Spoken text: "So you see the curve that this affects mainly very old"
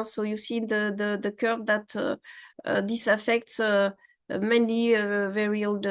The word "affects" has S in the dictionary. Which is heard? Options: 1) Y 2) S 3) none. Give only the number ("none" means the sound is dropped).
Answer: 2